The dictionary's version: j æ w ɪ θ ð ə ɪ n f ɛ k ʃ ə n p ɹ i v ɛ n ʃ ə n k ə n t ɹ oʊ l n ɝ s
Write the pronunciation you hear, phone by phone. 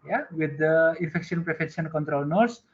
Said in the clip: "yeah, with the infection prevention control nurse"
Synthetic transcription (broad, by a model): j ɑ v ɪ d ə ɪ n f ɛ k ʃ ə n p ɹ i f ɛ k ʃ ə n k ə n t ɹ oʊ l n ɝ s